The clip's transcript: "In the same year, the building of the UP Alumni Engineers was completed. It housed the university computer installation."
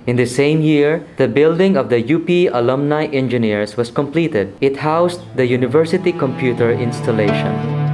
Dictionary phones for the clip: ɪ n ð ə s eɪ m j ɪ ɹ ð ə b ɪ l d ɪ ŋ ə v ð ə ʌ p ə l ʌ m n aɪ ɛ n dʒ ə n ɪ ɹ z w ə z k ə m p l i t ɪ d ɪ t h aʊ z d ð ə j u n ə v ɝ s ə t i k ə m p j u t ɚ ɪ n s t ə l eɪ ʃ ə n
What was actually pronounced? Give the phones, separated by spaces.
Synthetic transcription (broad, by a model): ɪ n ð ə s eɪ m j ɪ ɹ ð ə b ɪ l d ɪ ŋ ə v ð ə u p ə l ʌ m n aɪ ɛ n dʒ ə n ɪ ɹ s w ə s k ə m p l i t ɪ d ɪ t h aʊ s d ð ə j u n ə v ɝ s ə t i k ə m p j u t ɚ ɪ n s t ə l eɪ ʃ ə n